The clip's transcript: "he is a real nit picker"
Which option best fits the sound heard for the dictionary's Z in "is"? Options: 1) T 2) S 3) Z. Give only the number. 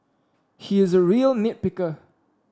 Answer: 3